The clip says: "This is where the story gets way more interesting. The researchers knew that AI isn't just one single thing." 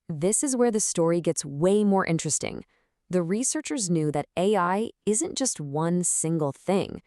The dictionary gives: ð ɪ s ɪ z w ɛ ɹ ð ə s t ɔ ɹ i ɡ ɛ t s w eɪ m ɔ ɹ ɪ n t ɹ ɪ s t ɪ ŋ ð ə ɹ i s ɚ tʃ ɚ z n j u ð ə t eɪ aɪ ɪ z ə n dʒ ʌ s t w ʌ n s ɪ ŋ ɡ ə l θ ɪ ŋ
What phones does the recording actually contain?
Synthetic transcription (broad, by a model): ð ɪ s ɪ z w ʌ ɹ ð ə s t ɔ ɹ i ɡ ɛ t s w eɪ m ɔ ɹ ɪ n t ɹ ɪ s t ɪ ŋ ð ə ɹ i s ɚ tʃ ɚ z n j u ð ə t eɪ aɪ ɪ z ə n dʒ ʌ s t w ʌ n s ɪ ŋ ɡ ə l θ ɪ ŋ